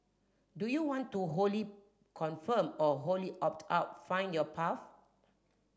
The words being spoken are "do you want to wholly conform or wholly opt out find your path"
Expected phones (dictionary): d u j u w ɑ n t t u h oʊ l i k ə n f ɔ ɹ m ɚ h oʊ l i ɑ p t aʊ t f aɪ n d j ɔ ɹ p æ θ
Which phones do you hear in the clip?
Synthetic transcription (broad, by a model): d u j u w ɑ n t t u h oʊ l i k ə n f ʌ m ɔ h oʊ l i ɑ p t aʊ t f aɪ n d j ɔ p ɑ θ